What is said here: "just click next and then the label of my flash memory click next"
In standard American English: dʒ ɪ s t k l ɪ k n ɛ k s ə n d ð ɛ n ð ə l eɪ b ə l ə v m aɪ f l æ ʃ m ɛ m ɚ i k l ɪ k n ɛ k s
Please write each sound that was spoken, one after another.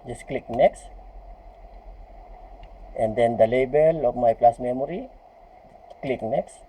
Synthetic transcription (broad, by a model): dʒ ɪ s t k l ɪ k n ɛ k s ə n d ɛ n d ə l eɪ b ə l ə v m aɪ p l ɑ s m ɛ m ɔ i k l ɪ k n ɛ k s